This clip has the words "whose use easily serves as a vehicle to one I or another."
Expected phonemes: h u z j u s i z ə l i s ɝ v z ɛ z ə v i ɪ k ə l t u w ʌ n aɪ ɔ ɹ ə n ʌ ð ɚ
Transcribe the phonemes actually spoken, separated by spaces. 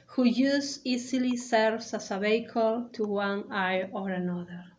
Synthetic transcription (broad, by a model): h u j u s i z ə l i s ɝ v s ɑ s ə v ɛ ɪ k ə l t u w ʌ n aɪ ɔ ɹ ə n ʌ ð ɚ